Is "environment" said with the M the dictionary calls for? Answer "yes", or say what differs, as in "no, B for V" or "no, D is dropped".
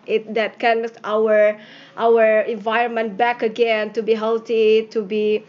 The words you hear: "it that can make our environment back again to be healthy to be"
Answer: yes